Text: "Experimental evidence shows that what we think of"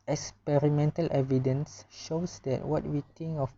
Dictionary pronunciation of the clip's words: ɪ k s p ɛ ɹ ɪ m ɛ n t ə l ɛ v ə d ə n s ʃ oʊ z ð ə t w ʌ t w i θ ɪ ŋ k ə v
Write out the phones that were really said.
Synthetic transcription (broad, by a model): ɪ k s p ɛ ɹ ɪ m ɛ n t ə l ɛ v ə d ə n s ʃ oʊ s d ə t w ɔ t w i t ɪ ŋ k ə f